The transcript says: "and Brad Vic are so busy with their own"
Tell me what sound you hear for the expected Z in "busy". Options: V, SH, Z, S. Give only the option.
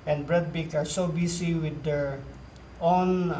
S